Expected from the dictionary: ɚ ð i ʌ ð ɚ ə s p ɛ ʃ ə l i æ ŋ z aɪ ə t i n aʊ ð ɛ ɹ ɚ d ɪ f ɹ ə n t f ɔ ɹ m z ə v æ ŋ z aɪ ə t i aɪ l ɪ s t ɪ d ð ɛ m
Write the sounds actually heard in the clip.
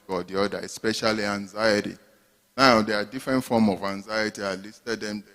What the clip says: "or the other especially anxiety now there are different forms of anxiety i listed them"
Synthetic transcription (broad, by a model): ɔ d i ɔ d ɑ ə s p ɛ ʃ ə l i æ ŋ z aɪ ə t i n aʊ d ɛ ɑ d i f ɹ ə n t f ɔ m ə v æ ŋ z aɪ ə t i aɪ l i s t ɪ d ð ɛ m